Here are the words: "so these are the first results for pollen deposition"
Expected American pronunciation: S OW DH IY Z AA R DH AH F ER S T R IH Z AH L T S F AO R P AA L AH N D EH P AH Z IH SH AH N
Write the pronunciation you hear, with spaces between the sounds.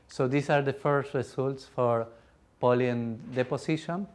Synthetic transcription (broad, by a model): S OW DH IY S AA R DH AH F ER S T R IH S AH L T S F AO R P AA L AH N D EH P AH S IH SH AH N